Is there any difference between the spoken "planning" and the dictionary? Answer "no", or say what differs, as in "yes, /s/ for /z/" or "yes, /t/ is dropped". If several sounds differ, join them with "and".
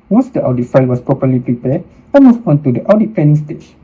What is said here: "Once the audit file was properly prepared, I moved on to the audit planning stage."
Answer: yes, /l/ is dropped